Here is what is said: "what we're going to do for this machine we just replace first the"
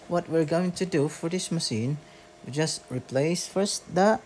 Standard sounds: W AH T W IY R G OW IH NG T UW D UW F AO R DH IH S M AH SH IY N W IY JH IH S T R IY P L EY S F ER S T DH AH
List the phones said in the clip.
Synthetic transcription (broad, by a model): W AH T W IY R G OW IH NG T UW D UW F AO R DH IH S M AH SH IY N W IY JH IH S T R IY P L EY S F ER S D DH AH